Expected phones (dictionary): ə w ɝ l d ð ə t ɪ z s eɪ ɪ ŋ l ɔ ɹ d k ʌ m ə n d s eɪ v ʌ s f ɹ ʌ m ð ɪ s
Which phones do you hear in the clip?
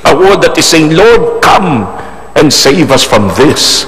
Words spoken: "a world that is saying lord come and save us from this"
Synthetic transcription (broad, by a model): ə w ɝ d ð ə t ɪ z s eɪ ɪ ŋ l ɔ ɹ d k ʌ m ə n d s eɪ v ʌ s f ɹ ʌ m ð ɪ s